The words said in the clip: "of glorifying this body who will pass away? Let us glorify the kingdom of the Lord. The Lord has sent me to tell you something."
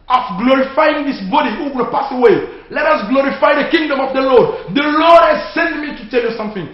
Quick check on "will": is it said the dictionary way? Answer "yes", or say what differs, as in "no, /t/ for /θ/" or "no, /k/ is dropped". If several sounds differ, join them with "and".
no, /n/ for /l/